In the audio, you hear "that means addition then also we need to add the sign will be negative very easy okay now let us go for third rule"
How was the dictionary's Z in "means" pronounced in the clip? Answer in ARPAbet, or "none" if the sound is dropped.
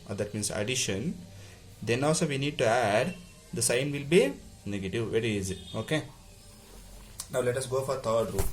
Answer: S